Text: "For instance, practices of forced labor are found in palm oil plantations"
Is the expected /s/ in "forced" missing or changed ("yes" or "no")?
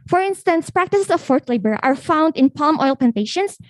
yes